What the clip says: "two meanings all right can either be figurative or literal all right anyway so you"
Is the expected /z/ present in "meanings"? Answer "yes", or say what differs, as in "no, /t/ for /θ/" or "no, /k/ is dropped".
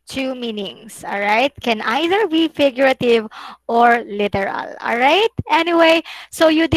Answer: no, /s/ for /z/